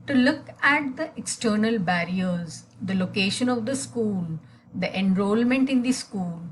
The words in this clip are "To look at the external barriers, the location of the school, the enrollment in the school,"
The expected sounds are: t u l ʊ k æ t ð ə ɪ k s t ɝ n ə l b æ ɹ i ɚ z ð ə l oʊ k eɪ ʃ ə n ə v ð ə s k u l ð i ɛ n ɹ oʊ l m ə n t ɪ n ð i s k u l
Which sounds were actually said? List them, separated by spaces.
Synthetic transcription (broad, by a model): t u l ʊ k æ t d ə ɪ k s t ɝ n ə l b æ ɹ i ɚ z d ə l oʊ k eɪ ʃ ə n ə v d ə s k u l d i ɛ n ɹ oʊ l m ə n t ɪ n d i s k u l